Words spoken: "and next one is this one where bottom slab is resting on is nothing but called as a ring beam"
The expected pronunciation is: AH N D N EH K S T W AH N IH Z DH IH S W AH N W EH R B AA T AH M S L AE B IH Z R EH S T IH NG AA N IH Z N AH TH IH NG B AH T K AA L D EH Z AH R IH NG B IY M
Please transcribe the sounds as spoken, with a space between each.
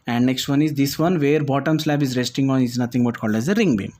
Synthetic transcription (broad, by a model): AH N D N EH K S T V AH N IH Z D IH S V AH N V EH R B AA T AH M S L AE B IH Z R EH S T IH NG AA N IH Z N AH T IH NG B AH T K AA L D EH Z AH R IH NG B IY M